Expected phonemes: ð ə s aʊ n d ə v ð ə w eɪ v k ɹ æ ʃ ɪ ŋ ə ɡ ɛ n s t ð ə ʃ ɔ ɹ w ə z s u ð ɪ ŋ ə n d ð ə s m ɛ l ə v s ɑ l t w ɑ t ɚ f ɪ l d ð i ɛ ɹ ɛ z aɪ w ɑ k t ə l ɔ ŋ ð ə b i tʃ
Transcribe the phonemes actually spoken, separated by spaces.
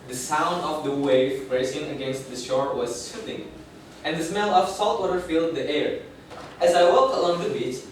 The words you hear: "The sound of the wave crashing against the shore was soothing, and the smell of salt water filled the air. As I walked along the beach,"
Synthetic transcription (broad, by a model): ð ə s aʊ n d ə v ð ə w eɪ v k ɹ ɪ s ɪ ŋ ə ɡ ɛ n s t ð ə ʃ ɔ ɹ w ə z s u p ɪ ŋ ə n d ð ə s m ɛ l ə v s ɑ l t w ɑ t ɚ f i l d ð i ɛ ɹ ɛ z aɪ w ɑ k t ə l ɔ ŋ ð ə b i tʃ